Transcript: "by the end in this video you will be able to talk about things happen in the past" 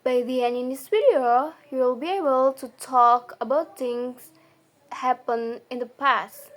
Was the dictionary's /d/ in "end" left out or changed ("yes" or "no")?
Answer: yes